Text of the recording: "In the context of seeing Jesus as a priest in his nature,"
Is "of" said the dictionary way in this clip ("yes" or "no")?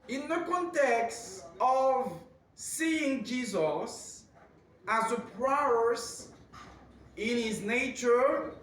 yes